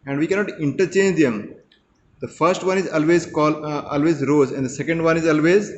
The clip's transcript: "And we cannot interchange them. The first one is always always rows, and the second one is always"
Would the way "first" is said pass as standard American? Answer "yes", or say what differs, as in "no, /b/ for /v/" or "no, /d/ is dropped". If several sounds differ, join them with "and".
yes